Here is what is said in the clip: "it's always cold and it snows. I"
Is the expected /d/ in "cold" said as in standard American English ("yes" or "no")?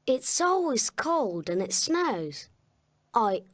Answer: yes